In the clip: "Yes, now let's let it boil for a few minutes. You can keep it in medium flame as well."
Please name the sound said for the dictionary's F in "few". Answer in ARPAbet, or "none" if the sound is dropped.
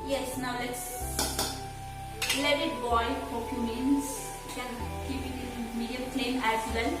P